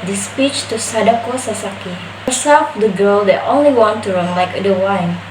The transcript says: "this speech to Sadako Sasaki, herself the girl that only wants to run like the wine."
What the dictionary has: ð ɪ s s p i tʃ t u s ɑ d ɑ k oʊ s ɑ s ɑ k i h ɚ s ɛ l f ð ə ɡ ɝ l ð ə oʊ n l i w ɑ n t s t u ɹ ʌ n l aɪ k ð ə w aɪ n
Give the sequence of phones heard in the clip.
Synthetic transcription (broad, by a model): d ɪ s s p i tʃ t u s ɑ d ɑ k oʊ s ɑ s ɑ k i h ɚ s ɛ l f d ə ɡ ɝ l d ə oʊ n l i w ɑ n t t u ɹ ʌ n l aɪ k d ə w aɪ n